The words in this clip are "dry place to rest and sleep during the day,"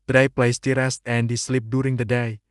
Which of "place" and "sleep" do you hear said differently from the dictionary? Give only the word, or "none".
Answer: none